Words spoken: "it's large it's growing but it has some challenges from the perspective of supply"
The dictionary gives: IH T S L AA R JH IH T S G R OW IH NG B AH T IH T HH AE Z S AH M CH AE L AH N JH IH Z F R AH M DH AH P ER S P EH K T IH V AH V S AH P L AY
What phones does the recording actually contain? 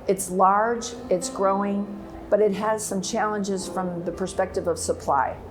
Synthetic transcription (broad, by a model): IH T S L AA R JH IH T S G R OW IH NG B AH T IH T HH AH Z S AH M CH AE L AH N JH IH Z F R AH M DH AH P ER S P EH K T IH V AH V S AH P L AY